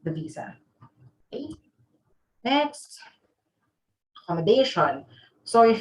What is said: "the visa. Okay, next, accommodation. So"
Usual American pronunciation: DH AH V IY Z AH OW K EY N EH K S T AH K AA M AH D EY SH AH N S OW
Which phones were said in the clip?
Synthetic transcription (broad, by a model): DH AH V IY Z AH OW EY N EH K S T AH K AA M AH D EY SH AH N S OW